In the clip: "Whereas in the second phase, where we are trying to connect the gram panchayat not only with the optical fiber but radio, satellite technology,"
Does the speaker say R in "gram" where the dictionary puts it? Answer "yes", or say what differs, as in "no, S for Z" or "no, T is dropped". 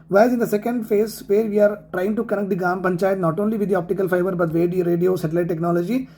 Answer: no, R is dropped